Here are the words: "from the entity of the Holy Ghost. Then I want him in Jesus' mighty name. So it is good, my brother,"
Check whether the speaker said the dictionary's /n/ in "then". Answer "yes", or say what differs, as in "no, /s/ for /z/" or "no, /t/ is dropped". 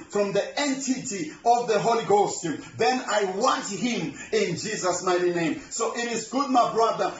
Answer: yes